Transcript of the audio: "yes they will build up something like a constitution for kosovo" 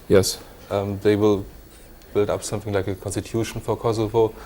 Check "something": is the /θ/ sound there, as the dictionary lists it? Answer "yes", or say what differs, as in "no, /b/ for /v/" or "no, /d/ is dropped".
yes